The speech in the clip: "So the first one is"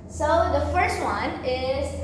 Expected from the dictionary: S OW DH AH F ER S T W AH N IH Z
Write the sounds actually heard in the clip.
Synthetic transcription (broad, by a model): S OW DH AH F ER S T W AH N IH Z